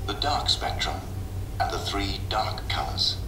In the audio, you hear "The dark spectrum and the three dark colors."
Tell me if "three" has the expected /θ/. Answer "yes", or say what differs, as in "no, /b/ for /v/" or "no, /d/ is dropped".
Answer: yes